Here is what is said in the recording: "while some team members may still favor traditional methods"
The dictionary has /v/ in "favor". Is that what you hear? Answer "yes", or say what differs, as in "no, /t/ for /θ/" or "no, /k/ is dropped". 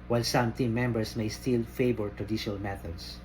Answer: no, /b/ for /v/